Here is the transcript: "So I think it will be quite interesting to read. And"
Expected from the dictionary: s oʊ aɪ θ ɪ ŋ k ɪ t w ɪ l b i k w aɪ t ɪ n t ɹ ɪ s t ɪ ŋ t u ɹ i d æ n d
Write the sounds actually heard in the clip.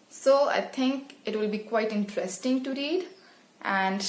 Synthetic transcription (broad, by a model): s oʊ aɪ t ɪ ŋ k ɪ t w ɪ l b i k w aɪ t ɪ n t ɹ ɪ s t ɪ ŋ t u ɹ i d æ n d